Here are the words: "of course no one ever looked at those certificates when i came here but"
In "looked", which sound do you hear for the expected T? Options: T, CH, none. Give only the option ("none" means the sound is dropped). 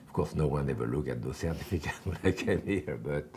none